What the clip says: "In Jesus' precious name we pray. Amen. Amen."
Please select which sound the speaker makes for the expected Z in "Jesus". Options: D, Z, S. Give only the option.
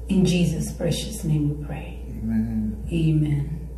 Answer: Z